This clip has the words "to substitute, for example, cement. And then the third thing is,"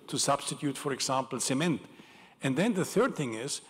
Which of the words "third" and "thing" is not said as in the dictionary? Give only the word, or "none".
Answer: none